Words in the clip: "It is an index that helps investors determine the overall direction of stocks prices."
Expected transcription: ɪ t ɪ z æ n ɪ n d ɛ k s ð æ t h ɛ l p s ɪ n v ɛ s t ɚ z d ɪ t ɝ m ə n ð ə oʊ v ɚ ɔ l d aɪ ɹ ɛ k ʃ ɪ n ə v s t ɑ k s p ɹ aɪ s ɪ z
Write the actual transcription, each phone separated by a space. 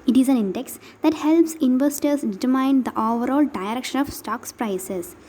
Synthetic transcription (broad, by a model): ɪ t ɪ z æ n ɪ n d ɛ k s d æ t h ɛ l p s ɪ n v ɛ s t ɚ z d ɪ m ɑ ə n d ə oʊ v ɚ ɔ l d aɪ ɹ ɛ k ʃ ɪ n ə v s t ɑ k s p ɹ aɪ s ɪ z